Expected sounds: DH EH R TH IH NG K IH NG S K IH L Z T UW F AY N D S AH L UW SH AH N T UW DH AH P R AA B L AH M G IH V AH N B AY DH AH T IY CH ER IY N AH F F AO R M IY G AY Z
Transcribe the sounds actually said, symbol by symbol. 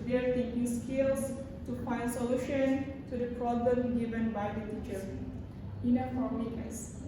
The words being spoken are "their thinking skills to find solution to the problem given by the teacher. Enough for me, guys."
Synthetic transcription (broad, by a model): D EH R T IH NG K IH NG S K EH L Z T UW F AY N D S AH L UW SH AH N T UW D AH P R AA B L AH M G IH V AH N B AY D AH T IY CH ER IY N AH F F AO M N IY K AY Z